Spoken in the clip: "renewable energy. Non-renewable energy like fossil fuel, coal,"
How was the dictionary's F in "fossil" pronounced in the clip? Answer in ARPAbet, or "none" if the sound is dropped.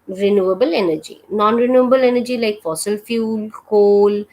F